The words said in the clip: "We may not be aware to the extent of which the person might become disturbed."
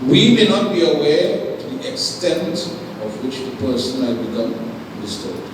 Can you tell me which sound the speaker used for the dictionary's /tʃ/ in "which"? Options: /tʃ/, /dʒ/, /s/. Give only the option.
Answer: /tʃ/